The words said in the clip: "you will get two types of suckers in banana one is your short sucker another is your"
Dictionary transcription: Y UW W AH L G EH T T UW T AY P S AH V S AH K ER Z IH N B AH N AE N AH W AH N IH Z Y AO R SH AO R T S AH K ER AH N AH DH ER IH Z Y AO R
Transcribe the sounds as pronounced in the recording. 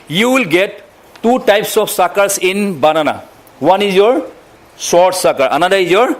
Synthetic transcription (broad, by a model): Y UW W AH L G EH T T UW T AY P S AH F S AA K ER S IH N B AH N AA N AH W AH N IH Z Y AO R S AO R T S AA K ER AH N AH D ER IH Z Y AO R